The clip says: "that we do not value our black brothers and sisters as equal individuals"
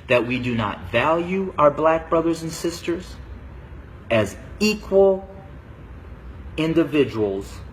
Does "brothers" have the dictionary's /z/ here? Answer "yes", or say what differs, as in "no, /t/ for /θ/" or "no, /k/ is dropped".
yes